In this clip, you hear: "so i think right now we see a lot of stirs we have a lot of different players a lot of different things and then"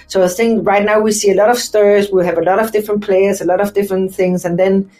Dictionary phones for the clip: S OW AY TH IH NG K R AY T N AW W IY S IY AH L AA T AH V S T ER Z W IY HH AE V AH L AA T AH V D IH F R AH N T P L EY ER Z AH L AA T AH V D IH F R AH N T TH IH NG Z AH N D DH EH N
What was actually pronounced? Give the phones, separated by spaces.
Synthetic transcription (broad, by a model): S OW AY TH IH NG K R AY T N AW W IY S IY AH L AA T AH V S T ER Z W IY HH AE V AH L AA T AH V D IH F R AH N P L EY ER Z AH L AA T AH V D IH F R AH N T TH IH NG Z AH N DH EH N